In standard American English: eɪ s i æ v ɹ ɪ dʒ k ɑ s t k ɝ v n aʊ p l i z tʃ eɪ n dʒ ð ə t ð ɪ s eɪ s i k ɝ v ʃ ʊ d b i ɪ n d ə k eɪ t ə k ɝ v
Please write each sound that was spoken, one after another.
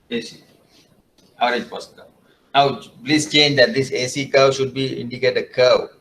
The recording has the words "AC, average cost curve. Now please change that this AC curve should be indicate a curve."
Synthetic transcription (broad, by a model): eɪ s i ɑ ɹ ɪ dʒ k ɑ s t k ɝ n aʊ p l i s tʃ eɪ n dʒ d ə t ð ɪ s eɪ s i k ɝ w ʃ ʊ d b i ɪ n d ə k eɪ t ə k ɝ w